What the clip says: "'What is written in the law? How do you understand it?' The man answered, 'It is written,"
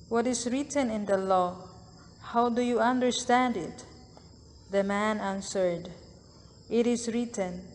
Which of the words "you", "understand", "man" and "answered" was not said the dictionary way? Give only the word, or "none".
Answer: none